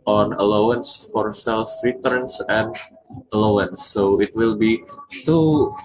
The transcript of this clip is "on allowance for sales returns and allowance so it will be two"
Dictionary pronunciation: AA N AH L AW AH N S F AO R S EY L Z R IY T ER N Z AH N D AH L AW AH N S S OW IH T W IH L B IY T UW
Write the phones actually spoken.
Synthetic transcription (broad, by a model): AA N AH L AW AH N S F AO R S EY L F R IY T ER N S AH N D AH L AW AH N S S OW IH T W IH L B IY T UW